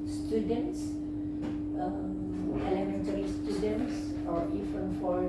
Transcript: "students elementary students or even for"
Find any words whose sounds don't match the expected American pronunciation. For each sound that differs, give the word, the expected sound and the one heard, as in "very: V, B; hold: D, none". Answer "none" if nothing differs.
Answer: even: V, F